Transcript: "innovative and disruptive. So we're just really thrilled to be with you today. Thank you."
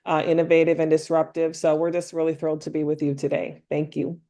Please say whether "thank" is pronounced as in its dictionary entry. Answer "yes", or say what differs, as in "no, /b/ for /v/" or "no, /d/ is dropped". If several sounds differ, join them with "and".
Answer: yes